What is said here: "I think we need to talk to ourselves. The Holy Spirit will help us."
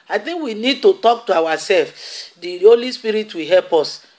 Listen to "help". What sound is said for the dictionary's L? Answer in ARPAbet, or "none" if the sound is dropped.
L